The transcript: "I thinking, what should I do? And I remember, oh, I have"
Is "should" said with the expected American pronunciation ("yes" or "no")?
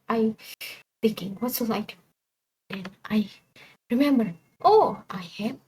no